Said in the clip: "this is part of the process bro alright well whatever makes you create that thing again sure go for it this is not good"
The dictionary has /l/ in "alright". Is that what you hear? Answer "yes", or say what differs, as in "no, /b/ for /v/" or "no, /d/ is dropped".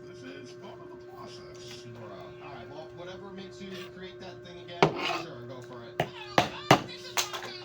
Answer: no, /l/ is dropped